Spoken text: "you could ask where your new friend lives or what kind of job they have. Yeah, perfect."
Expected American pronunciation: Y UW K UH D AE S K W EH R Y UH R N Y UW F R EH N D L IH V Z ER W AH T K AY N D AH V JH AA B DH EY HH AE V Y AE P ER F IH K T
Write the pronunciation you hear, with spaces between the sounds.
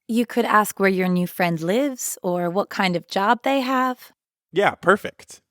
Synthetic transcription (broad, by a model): Y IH K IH D AE S K W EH R Y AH R N Y UW F R EH N D L IH V Z ER W AH T K AY N D AH V JH AA B DH EY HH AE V Y AE P ER F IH K T